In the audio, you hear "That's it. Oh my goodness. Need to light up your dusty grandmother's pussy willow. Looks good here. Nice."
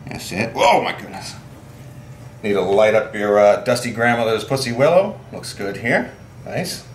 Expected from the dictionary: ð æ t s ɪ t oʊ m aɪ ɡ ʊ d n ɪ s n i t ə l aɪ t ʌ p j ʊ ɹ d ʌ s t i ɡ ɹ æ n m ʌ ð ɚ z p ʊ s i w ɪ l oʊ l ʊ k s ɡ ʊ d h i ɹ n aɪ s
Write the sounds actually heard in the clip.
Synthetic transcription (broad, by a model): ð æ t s ɪ t oʊ m aɪ ɡ ʊ d n ɪ s n i t ə l aɪ t ʌ p j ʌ ɹ d ʌ s t i ɡ ɹ æ n m ʌ ð ɚ z p ʊ s i w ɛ l oʊ l ʊ k s ɡ ʊ d h i ɹ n aɪ s